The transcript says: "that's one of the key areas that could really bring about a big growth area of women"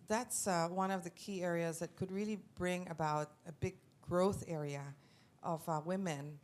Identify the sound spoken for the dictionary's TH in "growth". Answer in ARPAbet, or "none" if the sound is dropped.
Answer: TH